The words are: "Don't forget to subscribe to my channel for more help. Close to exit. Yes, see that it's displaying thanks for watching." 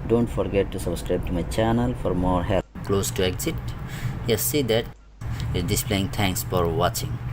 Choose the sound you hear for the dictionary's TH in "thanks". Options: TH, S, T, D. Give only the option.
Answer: T